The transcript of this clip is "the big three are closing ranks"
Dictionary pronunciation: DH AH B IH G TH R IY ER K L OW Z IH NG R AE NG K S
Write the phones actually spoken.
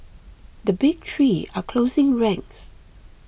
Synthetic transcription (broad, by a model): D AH B IH G T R IY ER K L OW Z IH NG R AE NG S